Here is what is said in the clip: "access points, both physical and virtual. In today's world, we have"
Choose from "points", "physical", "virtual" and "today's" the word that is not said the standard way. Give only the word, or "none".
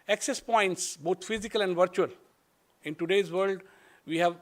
none